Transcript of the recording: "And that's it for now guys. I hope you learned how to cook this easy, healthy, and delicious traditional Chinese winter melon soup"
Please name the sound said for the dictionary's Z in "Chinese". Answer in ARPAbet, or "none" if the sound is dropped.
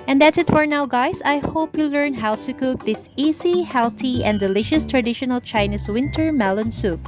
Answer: S